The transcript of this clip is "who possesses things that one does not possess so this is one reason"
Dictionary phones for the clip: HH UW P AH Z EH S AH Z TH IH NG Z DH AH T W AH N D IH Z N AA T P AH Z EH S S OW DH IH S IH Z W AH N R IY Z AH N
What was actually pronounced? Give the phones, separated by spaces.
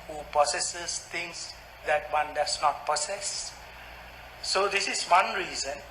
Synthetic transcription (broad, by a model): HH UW P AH S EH S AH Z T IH NG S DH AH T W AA N D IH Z N AA T P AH S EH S S OW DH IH S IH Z W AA N R IY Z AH N